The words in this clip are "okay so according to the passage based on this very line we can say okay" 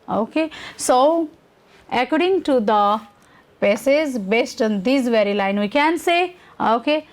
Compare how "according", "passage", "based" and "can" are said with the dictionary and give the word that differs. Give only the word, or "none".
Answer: passage